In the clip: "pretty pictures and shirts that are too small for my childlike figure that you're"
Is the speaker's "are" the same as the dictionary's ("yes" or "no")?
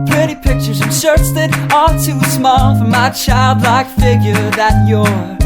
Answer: no